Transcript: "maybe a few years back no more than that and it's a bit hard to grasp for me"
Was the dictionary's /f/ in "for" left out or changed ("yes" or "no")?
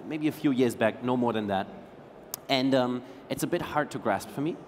no